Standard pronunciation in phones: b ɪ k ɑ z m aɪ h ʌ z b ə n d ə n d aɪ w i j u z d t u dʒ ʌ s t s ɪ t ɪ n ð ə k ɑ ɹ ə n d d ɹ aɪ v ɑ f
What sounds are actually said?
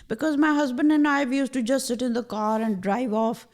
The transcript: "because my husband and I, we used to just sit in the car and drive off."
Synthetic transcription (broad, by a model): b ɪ k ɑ z m aɪ h ʌ z b ə n d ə n aɪ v j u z t u dʒ ʌ s t s ɪ t ɪ n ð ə k ɑ ɹ ə n d d ɹ aɪ v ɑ f